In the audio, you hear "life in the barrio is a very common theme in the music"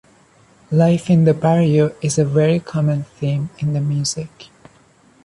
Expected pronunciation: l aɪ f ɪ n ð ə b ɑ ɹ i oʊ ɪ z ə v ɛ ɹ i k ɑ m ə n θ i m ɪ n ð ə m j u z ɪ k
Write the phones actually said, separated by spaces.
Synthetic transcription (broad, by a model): l aɪ f ɪ n ð ə b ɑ ɹ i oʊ ɪ z ə v ɛ ɹ i k ɑ m ə n θ i m ɪ n ð ə m j u z ɪ k